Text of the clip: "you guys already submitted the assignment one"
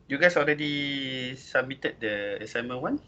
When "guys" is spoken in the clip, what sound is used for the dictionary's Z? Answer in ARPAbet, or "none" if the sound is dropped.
S